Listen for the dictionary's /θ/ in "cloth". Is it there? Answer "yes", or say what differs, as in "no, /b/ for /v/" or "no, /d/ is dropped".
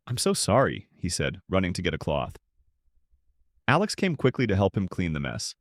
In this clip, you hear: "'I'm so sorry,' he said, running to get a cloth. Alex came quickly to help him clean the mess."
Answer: yes